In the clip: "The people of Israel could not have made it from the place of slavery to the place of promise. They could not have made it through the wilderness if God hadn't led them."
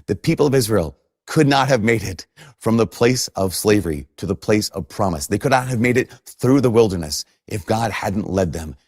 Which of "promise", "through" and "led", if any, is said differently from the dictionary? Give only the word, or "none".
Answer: none